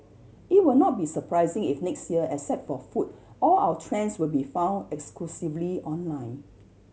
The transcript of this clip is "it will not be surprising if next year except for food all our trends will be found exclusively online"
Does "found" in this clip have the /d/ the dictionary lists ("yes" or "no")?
yes